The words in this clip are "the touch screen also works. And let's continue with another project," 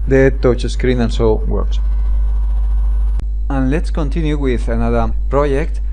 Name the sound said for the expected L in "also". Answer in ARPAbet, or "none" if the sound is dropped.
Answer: N